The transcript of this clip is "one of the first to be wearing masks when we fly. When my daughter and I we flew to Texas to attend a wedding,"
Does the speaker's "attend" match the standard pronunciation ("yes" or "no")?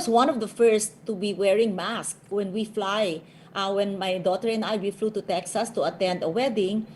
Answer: yes